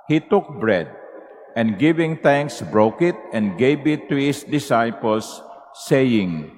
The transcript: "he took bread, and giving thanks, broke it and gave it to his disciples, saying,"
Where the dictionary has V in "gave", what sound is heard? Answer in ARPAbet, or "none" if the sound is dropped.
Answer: B